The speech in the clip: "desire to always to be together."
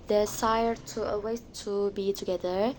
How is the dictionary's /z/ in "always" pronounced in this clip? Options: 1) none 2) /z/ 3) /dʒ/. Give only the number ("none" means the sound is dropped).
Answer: 1